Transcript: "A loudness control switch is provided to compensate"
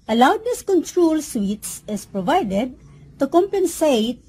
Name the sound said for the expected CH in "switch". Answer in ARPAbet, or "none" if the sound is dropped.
S